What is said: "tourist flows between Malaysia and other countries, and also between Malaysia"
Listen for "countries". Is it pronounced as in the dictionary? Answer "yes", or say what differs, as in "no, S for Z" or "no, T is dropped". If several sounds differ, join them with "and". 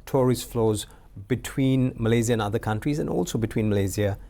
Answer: yes